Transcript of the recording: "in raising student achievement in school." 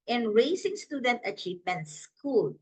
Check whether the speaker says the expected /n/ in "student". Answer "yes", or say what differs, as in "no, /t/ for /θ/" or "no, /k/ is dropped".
yes